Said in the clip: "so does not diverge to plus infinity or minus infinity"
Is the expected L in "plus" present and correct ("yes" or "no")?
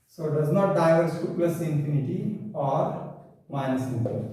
no